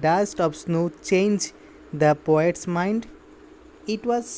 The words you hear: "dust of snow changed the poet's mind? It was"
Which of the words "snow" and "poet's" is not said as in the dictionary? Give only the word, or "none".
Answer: none